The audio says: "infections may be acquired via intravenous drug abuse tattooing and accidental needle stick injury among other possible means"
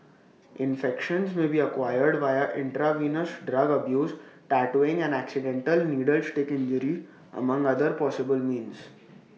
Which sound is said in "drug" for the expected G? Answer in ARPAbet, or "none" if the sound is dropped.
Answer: G